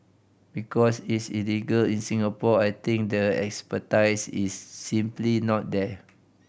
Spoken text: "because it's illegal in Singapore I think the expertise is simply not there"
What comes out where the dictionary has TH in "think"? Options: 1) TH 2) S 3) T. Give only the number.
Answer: 3